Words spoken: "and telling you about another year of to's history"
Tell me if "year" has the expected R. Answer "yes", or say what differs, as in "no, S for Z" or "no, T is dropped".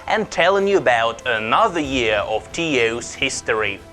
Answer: yes